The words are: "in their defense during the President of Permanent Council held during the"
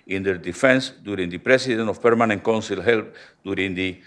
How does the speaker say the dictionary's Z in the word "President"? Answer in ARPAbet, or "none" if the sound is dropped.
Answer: S